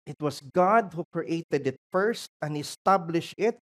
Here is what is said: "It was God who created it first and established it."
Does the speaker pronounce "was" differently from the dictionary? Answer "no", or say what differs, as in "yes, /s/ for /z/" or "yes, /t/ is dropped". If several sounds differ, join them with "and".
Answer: yes, /s/ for /z/